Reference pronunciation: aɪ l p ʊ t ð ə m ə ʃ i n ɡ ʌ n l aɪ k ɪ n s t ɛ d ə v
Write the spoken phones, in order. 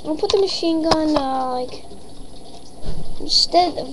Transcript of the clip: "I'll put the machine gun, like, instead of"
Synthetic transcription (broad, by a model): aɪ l p ʊ t ð ə m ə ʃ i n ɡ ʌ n l aɪ k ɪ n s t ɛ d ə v